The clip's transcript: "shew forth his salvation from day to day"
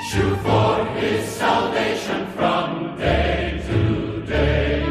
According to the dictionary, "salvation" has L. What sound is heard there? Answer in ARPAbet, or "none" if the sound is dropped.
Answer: L